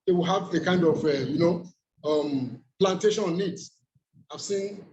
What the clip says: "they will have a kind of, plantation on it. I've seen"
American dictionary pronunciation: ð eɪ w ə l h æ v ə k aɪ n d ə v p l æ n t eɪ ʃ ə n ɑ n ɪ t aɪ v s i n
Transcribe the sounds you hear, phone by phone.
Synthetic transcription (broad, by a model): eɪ w ə l h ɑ v ə k aɪ n d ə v p l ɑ n t eɪ ʃ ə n ɑ n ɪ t aɪ v s i n